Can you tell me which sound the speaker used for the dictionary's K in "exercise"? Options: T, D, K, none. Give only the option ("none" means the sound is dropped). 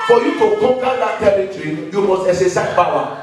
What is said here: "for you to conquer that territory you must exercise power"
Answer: none